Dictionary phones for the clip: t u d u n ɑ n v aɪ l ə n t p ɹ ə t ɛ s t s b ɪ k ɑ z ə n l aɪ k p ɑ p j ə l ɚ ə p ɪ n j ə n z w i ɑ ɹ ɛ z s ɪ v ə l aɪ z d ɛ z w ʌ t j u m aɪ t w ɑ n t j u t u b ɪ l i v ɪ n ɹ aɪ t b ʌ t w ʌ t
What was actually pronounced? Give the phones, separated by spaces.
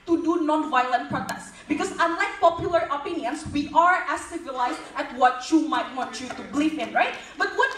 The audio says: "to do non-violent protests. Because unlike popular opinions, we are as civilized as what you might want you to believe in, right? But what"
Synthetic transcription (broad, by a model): t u d u n ɑ n v aɪ l ə n t p ɹ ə t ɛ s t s b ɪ k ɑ s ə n l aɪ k p ɑ p j ə l ɚ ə p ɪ n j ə n s w i ɑ ɹ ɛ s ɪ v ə l aɪ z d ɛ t w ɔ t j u m aɪ t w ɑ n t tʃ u t u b l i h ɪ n ɹ aɪ t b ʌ t w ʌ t